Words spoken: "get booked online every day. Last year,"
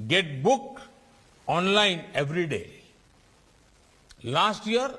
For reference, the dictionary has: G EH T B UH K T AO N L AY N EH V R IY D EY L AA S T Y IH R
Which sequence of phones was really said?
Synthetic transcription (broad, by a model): G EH T B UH K AO N L AY N EH V R IY D EY L AA S T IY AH R